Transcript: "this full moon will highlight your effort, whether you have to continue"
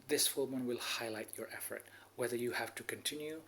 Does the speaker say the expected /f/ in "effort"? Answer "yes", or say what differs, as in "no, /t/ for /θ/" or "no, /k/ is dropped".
yes